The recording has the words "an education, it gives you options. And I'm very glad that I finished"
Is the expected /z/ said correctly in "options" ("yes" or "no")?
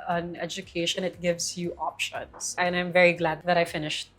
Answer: no